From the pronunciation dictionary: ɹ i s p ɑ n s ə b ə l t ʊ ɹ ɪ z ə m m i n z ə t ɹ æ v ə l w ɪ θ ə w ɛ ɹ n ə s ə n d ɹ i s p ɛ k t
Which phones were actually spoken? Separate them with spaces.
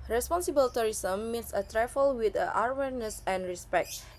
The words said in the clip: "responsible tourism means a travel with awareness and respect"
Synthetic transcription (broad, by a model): ɹ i s p ɑ n s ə b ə l t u ɹ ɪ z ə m m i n s ə t ɹ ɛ f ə l w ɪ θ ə w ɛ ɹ n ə s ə n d ɹ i s p ɛ k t